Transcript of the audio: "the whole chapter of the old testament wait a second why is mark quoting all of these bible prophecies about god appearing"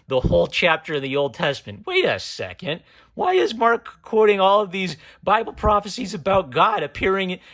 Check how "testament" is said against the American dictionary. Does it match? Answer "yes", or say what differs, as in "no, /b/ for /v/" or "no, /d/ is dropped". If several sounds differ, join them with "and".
yes